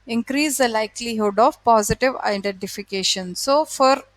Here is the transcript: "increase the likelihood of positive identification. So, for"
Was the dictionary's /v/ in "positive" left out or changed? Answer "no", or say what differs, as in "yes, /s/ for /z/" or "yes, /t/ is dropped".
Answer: no